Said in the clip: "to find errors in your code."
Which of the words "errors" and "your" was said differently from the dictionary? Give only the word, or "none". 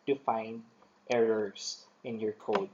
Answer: errors